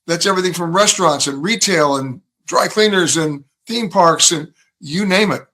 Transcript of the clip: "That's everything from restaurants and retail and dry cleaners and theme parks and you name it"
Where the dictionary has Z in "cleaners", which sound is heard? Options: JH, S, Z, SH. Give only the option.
Z